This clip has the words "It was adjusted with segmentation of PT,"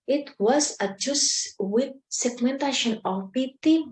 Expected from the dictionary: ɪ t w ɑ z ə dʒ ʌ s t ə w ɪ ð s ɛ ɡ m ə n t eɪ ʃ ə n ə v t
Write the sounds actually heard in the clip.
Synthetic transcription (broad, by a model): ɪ t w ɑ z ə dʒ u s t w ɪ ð s ɛ ɡ m ə n t eɪ ʃ ə n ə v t